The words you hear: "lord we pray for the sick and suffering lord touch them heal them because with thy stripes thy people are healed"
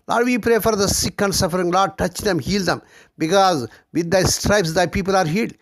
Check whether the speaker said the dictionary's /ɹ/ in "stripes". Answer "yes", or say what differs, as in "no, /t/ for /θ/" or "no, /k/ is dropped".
yes